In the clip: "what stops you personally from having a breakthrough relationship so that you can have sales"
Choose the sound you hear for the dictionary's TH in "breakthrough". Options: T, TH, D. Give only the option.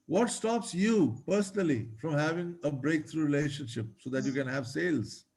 T